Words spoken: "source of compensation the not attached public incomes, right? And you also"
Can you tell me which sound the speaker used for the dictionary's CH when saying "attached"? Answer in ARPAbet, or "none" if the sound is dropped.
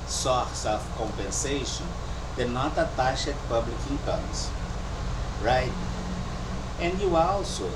SH